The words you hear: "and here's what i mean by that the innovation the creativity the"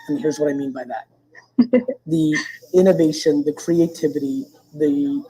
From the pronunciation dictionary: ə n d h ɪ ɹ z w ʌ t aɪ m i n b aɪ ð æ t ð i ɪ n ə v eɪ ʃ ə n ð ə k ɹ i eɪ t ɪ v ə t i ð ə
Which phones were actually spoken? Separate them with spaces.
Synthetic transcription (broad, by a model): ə n h ɪ ɹ z w ʌ t aɪ m i n b aɪ ð æ t ð i ɪ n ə v eɪ ʃ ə n ð ə k ɹ i eɪ t ɪ v ə t i ð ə